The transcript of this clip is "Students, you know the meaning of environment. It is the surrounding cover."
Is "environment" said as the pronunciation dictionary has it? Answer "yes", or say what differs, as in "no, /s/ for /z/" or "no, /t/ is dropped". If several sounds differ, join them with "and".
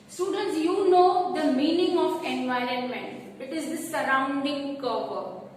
yes